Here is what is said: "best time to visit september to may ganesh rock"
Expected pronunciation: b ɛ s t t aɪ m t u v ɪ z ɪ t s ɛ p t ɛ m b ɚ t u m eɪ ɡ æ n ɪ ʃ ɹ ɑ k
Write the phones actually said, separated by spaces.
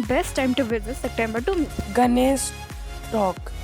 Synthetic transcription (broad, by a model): b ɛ s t t aɪ m t u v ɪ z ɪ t s ɛ p t ɛ m b ɚ t u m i ɡ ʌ n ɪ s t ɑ k